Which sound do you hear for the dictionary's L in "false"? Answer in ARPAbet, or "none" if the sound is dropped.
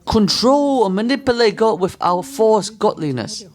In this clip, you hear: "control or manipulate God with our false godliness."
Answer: none